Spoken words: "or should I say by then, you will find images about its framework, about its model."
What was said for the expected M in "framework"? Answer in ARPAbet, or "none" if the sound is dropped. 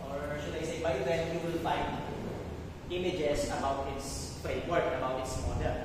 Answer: none